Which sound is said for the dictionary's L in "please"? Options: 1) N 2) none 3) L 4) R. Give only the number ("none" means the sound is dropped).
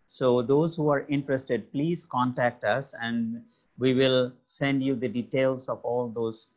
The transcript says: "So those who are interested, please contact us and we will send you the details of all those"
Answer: 3